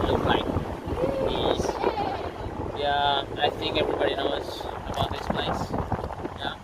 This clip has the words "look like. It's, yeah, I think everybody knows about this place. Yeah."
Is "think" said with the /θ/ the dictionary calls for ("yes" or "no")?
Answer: no